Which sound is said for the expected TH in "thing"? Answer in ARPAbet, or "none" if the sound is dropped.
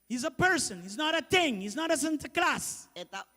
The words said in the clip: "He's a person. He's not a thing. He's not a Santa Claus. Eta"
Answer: T